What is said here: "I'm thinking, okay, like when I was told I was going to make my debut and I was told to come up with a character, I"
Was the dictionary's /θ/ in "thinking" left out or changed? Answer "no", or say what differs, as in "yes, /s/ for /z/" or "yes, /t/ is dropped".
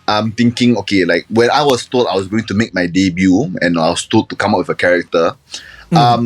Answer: yes, /t/ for /θ/